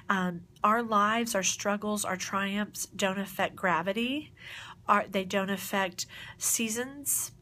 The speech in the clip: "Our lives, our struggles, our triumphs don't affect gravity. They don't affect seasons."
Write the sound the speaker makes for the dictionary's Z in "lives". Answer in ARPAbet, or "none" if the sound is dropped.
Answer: Z